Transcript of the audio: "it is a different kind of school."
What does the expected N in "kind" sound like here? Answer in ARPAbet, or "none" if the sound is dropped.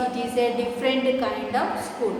N